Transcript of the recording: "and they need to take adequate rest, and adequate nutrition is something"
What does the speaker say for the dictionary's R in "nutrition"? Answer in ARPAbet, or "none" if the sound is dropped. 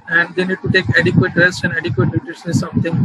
none